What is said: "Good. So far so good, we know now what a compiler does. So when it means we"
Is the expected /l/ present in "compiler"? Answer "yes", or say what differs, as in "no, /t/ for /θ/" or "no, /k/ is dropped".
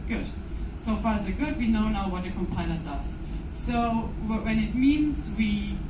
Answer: no, /n/ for /l/